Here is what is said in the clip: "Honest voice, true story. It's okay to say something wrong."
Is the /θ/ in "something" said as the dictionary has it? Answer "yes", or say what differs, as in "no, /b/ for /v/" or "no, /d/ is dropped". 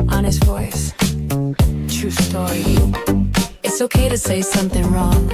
yes